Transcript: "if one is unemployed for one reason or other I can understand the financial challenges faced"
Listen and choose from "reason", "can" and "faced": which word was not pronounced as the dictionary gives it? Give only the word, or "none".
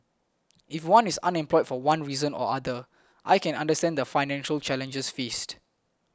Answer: none